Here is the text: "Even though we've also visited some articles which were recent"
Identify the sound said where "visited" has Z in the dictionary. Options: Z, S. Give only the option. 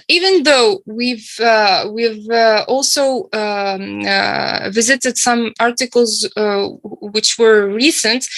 Z